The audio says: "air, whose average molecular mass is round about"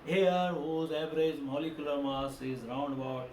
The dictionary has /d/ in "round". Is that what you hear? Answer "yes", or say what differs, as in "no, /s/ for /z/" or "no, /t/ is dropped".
yes